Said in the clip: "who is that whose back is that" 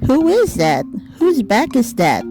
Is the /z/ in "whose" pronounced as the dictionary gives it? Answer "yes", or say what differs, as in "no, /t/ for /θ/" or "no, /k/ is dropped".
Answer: yes